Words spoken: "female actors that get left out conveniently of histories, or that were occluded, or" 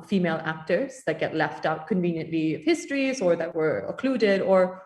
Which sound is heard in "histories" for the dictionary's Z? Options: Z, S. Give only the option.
Z